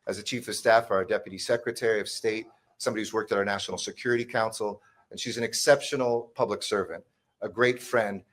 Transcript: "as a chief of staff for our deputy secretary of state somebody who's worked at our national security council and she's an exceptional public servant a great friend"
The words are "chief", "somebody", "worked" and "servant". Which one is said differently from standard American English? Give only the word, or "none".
none